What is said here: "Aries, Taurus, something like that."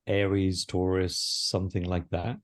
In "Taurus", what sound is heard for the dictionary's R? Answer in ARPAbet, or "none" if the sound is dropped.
R